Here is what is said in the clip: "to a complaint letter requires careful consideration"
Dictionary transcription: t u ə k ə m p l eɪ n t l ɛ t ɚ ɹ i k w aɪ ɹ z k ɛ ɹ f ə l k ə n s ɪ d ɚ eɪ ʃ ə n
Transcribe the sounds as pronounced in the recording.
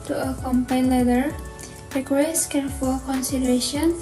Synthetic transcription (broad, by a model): t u ə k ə m p ɑ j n l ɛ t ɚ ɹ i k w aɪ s k ɛ ɹ f ə l k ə n s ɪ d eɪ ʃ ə n